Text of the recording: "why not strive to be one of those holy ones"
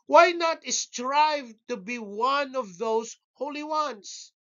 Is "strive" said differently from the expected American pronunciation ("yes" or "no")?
no